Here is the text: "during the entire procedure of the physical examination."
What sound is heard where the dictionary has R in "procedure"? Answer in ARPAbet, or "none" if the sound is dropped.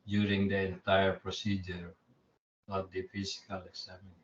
R